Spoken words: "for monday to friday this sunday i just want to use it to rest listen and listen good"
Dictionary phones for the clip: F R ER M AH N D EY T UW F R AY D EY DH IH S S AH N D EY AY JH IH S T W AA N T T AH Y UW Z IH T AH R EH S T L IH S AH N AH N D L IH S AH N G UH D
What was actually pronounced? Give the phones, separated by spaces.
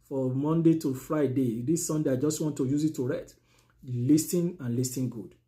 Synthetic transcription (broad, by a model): F R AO M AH N D EY T UW F R AY D EY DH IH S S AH N D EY AY JH IH S T W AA N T T AH Y UW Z IH T AH R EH T L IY S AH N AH N L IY S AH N G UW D